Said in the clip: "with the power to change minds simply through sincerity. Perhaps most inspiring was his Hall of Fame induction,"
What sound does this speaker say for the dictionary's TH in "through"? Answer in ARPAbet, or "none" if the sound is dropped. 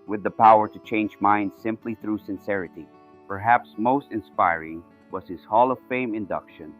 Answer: TH